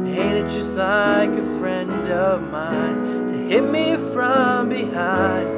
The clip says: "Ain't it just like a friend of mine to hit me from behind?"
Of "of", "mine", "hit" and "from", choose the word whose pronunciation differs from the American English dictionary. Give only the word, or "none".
none